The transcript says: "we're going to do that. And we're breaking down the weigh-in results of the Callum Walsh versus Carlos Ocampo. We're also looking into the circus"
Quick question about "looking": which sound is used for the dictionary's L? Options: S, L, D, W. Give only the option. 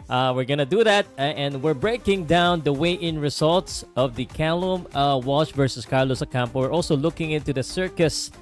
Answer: L